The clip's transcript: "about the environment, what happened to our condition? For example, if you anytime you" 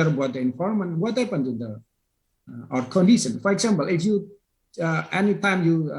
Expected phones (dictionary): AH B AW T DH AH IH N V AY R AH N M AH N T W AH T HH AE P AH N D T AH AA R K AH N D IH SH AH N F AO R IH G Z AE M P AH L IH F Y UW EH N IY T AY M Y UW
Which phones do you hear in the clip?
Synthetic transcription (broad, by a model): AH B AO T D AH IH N F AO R M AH N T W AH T HH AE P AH N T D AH AA R K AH N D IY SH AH N F AO R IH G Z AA M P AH L IH F Y UW EH N IY T AY M Y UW